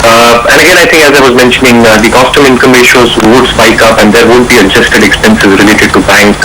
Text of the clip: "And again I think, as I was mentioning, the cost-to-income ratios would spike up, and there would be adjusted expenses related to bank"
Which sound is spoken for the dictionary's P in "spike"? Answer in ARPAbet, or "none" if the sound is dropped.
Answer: B